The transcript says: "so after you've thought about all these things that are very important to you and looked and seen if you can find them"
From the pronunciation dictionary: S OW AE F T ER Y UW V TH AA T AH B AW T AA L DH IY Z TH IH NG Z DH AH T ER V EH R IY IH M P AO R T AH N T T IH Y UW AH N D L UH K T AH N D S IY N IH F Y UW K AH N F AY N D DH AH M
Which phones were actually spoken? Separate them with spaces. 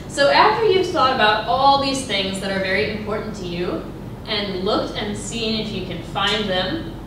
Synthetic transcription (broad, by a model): S OW AE F T ER Y UW V TH AA T AH B AW T AA L DH IY Z TH IH NG Z DH AH T ER V EH R IY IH M P AO R T N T T IH Y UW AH N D L UH K T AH N S IY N IH F Y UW K AH N F AY N DH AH M